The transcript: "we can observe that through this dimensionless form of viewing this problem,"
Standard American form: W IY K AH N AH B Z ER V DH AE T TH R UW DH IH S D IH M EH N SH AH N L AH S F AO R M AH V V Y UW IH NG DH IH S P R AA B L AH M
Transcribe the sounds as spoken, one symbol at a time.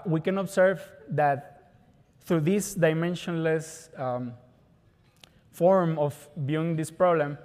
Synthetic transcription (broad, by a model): W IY K AH N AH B S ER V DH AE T TH R UW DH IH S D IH M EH N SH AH N L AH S F AO R M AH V B Y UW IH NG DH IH S P R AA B L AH M